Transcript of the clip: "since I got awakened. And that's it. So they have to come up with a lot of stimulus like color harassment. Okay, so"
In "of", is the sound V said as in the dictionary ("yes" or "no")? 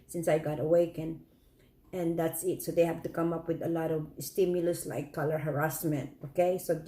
yes